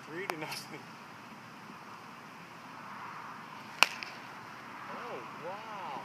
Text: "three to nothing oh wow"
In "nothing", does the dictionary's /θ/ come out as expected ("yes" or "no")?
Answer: no